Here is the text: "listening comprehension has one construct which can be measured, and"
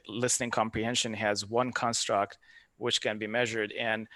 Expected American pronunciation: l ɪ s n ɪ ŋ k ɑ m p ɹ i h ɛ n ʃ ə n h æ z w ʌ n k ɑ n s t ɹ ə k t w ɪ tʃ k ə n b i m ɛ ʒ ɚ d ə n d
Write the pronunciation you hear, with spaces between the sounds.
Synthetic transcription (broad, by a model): l ɪ s n ɪ ŋ k ɑ m p ɹ i h ɛ n ʃ ə n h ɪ z w ʌ n k ɑ n s t ɹ ə k t w ɪ tʃ k ə n b i m ɛ ʒ ɚ d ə n